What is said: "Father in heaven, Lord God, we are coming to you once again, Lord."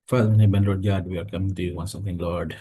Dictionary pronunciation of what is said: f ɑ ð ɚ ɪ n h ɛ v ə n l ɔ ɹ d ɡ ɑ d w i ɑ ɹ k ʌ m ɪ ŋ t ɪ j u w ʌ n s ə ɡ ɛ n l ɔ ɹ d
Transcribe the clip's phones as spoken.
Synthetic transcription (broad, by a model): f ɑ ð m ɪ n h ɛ b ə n l ɔ ɹ d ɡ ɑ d w i ɑ ɹ k ʌ m ɪ ŋ t ɪ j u w ʌ n s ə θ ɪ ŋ l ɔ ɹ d